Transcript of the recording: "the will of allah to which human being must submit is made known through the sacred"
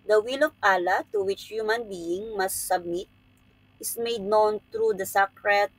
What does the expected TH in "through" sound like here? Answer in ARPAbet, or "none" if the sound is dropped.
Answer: T